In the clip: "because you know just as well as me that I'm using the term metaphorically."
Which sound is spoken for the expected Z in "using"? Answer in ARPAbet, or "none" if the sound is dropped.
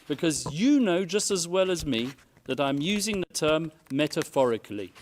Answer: Z